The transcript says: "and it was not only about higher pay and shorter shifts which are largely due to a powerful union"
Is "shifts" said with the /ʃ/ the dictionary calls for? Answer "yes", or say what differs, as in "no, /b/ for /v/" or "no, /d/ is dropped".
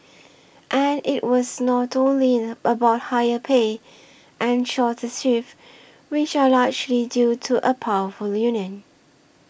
no, /s/ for /ʃ/